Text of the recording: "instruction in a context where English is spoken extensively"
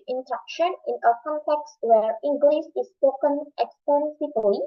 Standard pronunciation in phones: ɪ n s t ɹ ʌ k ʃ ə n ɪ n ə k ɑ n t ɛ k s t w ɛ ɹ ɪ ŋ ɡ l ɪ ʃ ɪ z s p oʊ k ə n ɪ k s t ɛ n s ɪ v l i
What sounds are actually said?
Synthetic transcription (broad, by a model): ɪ n s t ɹ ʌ k ʃ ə n ɪ n ə k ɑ n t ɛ k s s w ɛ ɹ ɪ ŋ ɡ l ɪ s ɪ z s p oʊ k ə n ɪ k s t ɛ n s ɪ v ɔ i